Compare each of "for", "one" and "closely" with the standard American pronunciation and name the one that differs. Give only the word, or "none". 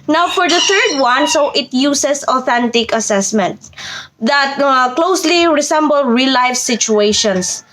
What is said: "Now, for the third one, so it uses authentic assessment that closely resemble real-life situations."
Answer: none